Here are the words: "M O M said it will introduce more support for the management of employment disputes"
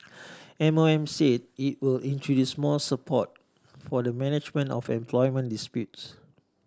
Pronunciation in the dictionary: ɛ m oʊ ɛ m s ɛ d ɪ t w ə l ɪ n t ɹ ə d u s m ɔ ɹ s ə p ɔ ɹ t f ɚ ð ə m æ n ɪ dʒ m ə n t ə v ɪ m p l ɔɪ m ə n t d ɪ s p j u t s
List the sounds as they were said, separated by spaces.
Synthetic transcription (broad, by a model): ɛ m oʊ ɛ m s ɛ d ɪ t w ə l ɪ n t ɹ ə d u s m ɔ l s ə p ɔ t f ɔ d ə m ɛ n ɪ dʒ m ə n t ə f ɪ m p l ɔɪ m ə n d ɪ s p j u t s